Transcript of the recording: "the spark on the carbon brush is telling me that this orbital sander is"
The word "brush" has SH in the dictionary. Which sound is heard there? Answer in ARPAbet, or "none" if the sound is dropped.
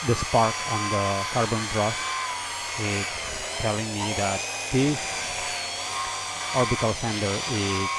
S